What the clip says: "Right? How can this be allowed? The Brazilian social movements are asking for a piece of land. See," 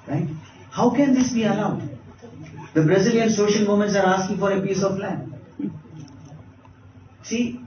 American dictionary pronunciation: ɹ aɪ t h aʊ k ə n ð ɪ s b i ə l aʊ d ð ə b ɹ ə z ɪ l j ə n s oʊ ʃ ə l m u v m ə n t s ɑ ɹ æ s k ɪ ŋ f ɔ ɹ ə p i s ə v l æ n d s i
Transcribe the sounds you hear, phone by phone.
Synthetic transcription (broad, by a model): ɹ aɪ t h aʊ k ə n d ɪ s b i ə l aʊ d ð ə b ɹ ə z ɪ l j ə n s oʊ ʃ ə l m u m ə n t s ɑ ɹ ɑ s k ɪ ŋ f ɔ ɹ ə p i s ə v l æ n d s i